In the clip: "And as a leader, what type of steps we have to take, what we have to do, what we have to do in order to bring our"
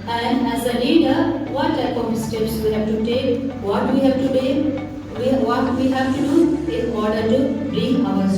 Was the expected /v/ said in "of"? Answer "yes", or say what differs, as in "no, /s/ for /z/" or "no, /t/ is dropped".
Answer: no, /p/ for /v/